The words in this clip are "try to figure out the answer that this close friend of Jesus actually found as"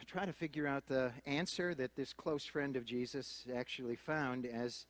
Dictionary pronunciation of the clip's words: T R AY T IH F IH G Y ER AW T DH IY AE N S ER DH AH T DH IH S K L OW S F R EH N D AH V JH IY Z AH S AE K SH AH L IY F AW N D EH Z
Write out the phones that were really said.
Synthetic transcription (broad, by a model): T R AY T IH F IH G Y ER AW T DH IY AE N S ER DH AH T DH IH S K L OW S F R EH N D AH V JH IY Z AH S AE K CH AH L IY F AW N D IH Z